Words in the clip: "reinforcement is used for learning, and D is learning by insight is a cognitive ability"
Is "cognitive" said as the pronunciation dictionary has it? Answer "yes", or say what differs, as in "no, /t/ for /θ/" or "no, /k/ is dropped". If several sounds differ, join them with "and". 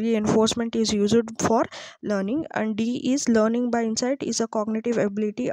yes